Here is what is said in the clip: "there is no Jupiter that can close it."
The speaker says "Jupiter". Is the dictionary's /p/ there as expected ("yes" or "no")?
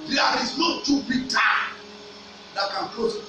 no